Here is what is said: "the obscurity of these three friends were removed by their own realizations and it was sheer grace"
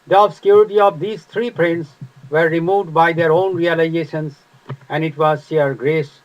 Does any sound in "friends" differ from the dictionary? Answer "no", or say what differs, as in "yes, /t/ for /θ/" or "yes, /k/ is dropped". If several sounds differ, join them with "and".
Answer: yes, /p/ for /f/